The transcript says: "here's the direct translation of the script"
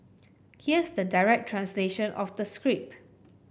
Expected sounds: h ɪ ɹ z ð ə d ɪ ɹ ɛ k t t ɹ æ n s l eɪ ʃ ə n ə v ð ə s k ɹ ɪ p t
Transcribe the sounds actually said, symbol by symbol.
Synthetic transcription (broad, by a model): h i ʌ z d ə d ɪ ɹ ɛ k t t ɹ æ n s l eɪ ʃ ə n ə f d ə s k ɹ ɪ p